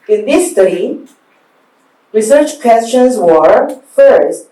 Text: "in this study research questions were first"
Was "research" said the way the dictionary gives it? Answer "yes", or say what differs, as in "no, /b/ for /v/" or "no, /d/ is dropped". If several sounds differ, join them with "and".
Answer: yes